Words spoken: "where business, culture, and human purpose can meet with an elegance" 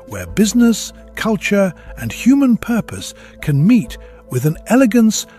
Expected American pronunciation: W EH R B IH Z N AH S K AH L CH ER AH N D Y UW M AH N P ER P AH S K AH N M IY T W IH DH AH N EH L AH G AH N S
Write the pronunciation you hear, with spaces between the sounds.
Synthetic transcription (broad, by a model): W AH R B IH Z N AH S K AH L CH ER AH N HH Y UW M AH N P ER P AH S K AH N M IY T W IH DH AH N EH L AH G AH N S